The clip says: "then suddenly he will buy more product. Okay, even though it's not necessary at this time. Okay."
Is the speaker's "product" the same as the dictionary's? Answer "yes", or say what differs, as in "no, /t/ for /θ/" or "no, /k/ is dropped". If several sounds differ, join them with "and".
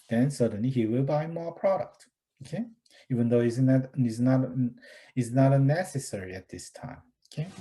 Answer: yes